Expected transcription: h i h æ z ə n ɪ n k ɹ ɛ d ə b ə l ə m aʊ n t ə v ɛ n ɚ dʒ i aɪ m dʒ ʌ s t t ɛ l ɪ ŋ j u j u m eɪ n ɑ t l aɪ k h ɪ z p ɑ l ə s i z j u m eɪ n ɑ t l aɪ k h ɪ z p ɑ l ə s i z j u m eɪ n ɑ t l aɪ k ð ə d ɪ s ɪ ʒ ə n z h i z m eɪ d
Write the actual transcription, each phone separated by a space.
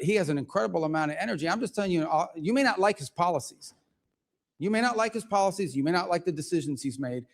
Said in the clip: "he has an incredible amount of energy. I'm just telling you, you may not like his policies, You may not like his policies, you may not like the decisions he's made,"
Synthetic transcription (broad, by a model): h i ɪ z ə n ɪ n k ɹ ɛ d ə b l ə m aʊ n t ə v ɛ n ɚ dʒ i aɪ m dʒ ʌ s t t ɛ l ɪ ŋ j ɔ j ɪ m eɪ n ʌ t l aɪ k h ɪ z p ɑ l ə s i z j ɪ m eɪ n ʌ t l aɪ k h ɪ z p ɑ l ə s i z j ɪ m eɪ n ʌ t l aɪ k ð ə d ɪ s ɪ ʒ ə n z h i z m eɪ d